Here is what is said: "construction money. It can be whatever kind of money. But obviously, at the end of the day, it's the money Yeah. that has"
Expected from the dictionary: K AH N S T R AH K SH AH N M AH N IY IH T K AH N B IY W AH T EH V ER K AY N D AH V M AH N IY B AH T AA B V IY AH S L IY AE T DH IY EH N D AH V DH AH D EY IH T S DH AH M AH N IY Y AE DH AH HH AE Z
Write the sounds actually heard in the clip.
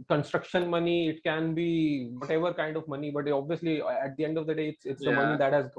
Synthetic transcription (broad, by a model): K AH N S T R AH K SH AH N M AH N IY IH T K AH N B IY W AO T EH V ER K AY N D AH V M AH N IY B AH T AA B V IY AH S L IY AE T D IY EH N D AH V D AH D EY IH T S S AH M AH N IY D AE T HH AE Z